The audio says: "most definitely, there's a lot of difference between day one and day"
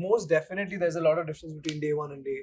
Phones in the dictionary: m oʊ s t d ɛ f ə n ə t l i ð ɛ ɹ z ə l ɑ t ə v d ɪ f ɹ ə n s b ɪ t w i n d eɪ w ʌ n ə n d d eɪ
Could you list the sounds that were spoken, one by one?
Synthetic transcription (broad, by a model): m oʊ s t d ɛ f ə n ə t l i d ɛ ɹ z ə l ɑ t ə v d ɪ f ɹ ə n s b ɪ t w i n d eɪ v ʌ n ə n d d eɪ